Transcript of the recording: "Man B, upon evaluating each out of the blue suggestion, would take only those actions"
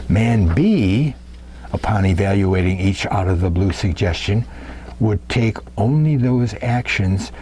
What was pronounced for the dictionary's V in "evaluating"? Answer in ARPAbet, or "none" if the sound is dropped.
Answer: V